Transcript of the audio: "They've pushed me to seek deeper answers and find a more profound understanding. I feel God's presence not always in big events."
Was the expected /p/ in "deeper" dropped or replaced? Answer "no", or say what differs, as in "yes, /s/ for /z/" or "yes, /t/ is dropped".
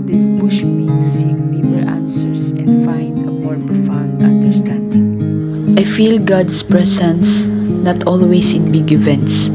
yes, /b/ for /p/